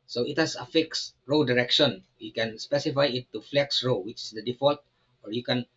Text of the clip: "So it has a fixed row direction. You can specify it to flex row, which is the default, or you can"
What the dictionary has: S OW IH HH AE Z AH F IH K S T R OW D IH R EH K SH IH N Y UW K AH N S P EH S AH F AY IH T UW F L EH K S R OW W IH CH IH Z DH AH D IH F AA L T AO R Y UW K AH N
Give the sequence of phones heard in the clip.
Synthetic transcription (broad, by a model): S OW IH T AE S AH F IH K S R OW D IH R EH K SH IH N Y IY K AH N S P EH S AH F AY IH T UW F L EH K S R OW W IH CH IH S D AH D IH F AA L T AO R Y UW K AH N